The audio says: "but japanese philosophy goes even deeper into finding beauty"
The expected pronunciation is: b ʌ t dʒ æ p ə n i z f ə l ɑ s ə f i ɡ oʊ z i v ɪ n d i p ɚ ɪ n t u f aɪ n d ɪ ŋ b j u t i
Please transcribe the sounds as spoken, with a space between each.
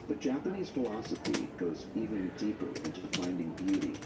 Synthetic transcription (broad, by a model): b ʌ t dʒ æ p ə n i z f ə l ɑ s ə f i ɡ oʊ z i v ɪ n d i p ɚ ɪ n t u f aɪ n d ɪ ŋ b j u t i